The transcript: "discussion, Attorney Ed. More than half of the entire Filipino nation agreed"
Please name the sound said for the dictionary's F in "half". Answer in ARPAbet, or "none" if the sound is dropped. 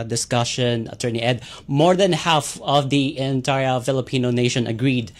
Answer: F